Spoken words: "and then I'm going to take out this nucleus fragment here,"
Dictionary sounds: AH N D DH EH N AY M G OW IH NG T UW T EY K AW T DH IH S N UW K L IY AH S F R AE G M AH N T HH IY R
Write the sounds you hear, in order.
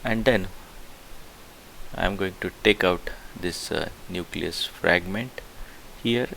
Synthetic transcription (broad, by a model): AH N D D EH N AY M G OW IH NG T UW T EY K AW T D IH S N UW K L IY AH S F R AE G M AH N T HH IY R